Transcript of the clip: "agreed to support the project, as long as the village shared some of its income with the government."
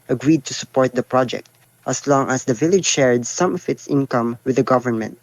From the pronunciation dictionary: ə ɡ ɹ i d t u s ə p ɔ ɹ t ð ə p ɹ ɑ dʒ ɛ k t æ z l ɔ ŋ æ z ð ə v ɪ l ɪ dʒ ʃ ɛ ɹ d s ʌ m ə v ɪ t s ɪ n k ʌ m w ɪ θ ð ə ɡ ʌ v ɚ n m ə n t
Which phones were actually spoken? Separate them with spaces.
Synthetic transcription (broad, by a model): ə ɡ ɹ i d t u s ə p ɔ ɹ t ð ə p ɹ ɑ dʒ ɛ k t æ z l ɔ ŋ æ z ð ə v ɪ l ɪ dʒ ʃ ɛ ɹ d s ʌ m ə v ɪ t s ɪ n k ʌ m w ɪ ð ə ɡ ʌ v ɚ n m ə n t